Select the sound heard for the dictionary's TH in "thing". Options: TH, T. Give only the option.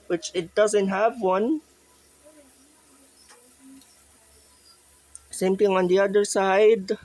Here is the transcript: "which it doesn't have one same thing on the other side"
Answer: T